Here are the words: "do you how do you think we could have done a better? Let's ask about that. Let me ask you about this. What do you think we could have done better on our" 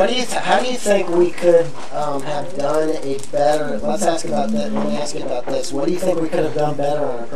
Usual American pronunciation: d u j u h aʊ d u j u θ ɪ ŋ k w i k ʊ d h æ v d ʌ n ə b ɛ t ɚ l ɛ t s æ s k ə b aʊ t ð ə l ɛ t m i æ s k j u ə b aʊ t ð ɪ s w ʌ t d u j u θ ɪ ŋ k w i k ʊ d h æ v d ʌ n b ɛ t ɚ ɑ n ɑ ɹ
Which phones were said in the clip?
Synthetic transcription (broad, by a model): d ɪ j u h aʊ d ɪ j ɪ θ ɪ ŋ k w i k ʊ d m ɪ v d ʌ n ə b ɛ t ɚ w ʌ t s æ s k ə b aʊ t ð ə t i æ s k ə b aʊ t ð ɪ s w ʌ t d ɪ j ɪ θ ɪ ŋ k w i k ʊ d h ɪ v d ʌ n b ɛ t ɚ ɹ